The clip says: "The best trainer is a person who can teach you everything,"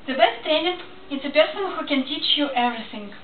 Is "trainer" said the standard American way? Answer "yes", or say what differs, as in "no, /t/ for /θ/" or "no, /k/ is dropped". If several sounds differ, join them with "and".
no, /ɹ/ is dropped